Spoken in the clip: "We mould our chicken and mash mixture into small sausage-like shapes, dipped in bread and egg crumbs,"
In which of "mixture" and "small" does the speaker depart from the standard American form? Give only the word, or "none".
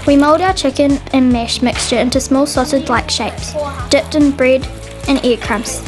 none